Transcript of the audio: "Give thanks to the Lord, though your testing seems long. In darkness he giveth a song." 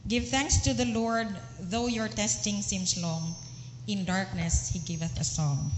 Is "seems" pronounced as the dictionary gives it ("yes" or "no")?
no